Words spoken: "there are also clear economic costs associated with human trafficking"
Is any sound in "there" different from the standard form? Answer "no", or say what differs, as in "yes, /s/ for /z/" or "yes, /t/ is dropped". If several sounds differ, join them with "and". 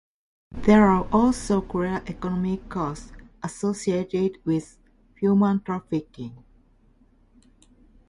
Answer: no